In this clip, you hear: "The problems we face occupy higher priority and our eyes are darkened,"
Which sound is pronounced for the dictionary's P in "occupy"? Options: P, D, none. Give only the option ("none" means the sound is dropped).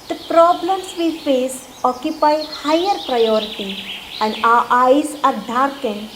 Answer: P